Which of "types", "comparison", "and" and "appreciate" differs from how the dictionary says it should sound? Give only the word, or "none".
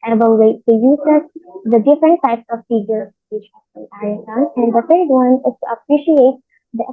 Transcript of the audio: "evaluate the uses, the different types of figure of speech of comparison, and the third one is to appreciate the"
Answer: comparison